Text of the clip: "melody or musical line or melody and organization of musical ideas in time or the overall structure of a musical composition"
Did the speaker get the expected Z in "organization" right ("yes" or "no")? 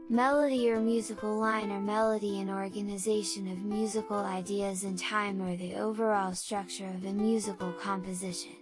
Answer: yes